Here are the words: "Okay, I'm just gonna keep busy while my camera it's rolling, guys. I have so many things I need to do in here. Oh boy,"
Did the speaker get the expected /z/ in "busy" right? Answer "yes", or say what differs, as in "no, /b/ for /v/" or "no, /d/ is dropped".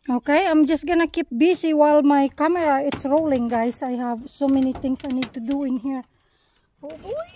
no, /s/ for /z/